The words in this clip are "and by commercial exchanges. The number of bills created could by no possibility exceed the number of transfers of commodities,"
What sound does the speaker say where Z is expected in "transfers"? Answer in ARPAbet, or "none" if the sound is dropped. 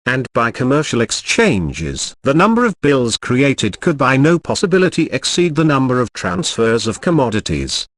Z